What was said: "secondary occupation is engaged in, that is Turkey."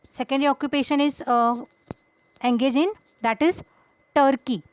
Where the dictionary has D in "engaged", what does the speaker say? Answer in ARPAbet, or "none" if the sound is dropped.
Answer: none